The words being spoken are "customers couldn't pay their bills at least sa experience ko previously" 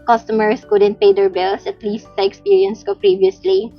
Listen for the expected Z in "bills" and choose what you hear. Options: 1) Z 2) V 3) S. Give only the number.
3